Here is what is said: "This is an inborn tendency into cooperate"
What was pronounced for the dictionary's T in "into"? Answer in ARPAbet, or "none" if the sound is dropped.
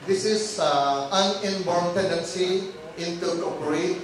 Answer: T